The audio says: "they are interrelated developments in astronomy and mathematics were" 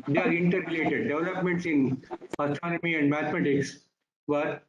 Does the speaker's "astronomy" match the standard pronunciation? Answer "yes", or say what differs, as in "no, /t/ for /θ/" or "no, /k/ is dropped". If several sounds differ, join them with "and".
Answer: no, /ɹ/ is dropped